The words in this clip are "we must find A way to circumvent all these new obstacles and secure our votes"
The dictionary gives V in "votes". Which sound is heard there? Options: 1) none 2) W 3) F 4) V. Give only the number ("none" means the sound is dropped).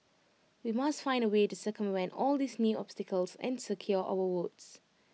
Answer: 2